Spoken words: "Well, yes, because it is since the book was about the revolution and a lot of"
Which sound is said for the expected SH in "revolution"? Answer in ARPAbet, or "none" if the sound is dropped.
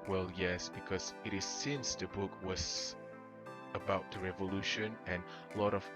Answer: SH